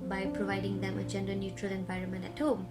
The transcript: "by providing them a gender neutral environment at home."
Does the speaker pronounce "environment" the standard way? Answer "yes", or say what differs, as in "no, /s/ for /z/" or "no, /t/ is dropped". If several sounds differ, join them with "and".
yes